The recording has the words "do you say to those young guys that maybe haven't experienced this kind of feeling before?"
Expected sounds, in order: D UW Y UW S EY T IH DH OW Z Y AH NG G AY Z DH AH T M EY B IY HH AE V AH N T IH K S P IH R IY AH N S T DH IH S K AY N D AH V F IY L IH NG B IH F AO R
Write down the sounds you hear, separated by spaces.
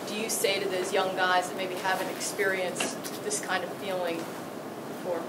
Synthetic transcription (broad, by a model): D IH Y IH S EY T IH DH OW Z Y AH NG G AY Z DH AH T M EY B IY HH AE V AH N T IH K S P IH R IY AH N S DH IH S K AY N D AH V F IY L IH NG F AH R